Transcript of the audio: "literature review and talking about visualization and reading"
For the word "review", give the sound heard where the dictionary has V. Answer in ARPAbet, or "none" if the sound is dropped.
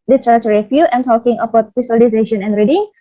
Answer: F